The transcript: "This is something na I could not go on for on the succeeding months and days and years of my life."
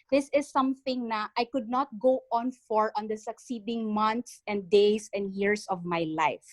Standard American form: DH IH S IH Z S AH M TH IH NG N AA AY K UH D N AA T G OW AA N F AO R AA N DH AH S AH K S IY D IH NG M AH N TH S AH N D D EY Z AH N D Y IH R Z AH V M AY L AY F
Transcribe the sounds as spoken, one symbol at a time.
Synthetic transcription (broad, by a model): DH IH S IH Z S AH M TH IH NG N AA AY K UH D N AA T G OW AA N F AO R AA N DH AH S AH K S IY D IH NG M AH N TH S AH N D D EY S AH N D Y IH R S AH V M AY L AY F